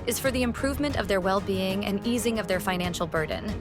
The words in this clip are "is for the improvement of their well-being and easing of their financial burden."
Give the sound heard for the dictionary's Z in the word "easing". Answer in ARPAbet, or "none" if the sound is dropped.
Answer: Z